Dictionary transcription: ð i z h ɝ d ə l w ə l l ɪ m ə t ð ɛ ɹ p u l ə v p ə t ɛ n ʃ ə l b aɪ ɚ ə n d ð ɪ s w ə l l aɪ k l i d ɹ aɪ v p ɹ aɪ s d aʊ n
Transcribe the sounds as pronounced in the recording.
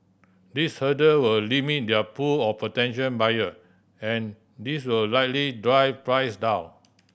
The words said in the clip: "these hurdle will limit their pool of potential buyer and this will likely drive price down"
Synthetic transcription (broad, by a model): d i s h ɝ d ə w ə l l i m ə t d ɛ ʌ p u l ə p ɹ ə t ɛ n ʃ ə n b aɪ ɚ ə n d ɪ s w ə l l aɪ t l i d ɹ aɪ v p ɹ aɪ s d aʊ n